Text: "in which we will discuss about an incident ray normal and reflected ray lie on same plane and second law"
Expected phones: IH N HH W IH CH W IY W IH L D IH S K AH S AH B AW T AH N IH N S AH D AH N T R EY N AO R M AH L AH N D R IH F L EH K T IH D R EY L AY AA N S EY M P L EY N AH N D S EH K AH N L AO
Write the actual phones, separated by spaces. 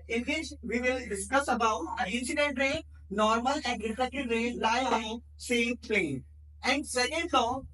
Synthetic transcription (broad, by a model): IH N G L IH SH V IY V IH L D IH S K AH S AH B AW T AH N IH N S AH D AH N T R EY N AO R M AH L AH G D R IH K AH T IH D R EY L AY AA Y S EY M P L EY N AH N D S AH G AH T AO